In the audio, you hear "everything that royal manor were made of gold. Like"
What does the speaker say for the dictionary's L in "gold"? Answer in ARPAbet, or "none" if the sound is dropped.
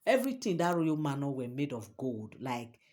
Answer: L